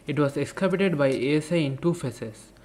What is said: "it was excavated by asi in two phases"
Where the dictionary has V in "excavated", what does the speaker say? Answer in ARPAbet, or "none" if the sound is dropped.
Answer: P